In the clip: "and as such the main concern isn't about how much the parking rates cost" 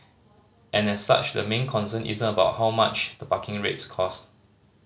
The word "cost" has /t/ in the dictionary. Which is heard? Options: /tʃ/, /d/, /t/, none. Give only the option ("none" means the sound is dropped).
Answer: /t/